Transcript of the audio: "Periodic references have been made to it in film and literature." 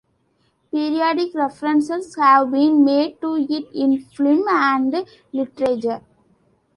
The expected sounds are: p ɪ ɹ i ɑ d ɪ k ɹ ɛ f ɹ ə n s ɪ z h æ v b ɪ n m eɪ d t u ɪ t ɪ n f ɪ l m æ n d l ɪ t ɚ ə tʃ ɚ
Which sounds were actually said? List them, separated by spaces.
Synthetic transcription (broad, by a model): p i ɹ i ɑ d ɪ k ɹ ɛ f ɹ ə n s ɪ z h æ v b ɪ n m eɪ d t u ɪ t ɪ n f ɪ m æ n d l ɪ t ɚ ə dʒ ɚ